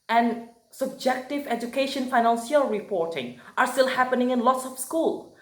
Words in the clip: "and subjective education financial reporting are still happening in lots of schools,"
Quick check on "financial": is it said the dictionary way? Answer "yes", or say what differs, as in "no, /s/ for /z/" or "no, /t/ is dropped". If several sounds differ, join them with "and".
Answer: no, /s/ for /ʃ/